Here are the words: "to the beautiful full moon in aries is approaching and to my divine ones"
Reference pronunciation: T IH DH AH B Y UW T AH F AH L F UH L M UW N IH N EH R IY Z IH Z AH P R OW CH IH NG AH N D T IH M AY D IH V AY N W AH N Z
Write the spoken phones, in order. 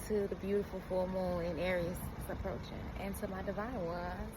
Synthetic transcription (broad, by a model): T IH DH AH B Y UW T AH F L F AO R M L IH N EH R IY IH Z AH P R OW CH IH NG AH N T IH M AY D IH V AY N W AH